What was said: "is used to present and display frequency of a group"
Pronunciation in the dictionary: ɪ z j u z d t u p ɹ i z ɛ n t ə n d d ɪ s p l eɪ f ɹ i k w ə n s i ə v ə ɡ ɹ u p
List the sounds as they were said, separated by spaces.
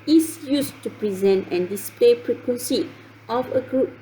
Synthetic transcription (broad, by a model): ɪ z j u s t u p ɹ i z ɛ n t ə n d d ɪ s p l eɪ p ɹ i k w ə n s i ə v ə ɡ ɹ u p